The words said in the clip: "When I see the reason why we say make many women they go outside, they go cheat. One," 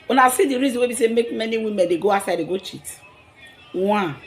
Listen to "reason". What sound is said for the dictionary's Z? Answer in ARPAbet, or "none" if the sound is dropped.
Z